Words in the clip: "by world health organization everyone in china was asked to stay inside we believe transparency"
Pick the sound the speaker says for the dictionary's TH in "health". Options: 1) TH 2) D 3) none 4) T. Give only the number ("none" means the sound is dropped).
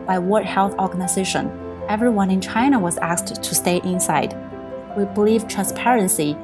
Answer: 1